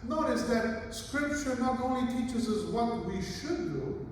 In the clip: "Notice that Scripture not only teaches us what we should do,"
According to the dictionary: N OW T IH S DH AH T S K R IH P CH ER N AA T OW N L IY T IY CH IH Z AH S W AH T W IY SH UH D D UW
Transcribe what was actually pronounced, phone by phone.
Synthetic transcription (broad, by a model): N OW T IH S DH AH T S K R IH P CH ER N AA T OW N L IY T IY CH IH Z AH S W AH T W IY SH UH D D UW